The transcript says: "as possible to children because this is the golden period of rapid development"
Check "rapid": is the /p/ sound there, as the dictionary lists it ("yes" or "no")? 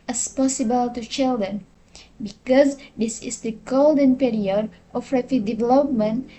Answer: no